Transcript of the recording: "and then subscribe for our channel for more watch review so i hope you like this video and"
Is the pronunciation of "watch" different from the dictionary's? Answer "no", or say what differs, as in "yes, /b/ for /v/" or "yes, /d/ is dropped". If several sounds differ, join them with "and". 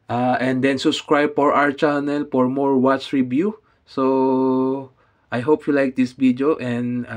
no